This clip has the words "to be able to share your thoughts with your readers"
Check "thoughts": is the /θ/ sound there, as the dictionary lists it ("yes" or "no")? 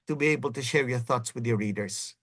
yes